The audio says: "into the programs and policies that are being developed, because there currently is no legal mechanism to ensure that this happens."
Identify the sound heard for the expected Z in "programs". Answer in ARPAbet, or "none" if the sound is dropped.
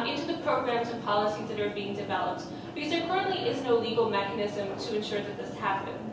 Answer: Z